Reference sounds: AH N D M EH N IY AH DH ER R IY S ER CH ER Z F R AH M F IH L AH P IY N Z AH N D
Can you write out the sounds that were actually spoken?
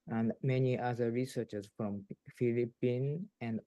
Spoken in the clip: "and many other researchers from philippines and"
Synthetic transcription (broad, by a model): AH N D M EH N IY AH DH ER R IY S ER CH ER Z F R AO M F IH L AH P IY N AH N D